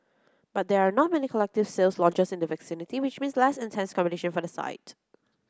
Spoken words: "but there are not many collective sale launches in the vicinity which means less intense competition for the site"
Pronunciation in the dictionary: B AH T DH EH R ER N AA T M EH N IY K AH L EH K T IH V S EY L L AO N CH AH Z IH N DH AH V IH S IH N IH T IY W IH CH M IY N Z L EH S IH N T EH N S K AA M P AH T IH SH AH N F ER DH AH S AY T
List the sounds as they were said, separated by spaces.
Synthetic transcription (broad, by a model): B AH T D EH R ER N AA T M EH N IY K AH L EH K T IH V S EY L L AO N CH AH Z IH N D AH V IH S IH N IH T IY W IH CH M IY N S L EH S IH N T EH N S K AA M B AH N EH SH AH N F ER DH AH S AY T